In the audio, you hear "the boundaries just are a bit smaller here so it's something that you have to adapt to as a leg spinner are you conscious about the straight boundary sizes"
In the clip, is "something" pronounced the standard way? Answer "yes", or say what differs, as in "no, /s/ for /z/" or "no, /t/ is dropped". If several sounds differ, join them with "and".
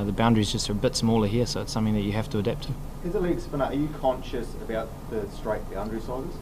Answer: yes